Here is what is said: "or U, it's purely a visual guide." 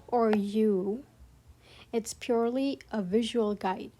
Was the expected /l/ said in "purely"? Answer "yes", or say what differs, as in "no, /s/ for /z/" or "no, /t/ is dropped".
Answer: yes